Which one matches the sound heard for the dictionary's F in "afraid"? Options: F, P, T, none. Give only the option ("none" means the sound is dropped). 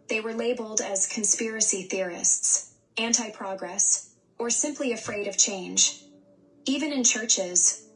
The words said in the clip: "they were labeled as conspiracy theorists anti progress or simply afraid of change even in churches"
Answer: F